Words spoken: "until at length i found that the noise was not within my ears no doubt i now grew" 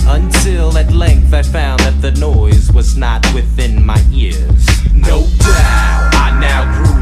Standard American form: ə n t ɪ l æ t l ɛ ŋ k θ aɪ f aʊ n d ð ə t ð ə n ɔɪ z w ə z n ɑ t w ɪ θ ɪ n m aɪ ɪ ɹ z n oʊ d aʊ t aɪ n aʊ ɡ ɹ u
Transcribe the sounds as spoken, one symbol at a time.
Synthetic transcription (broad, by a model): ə n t ɪ l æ t l ɛ ŋ k θ aɪ f aʊ n ð ə t ð ə n ɔɪ z w ə z n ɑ t w ɪ θ ɪ n m aɪ ɪ ɹ z n oʊ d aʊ aɪ n aʊ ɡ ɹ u